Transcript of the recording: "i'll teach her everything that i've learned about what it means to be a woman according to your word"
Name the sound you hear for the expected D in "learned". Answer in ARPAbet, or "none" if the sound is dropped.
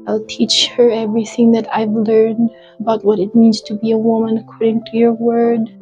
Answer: D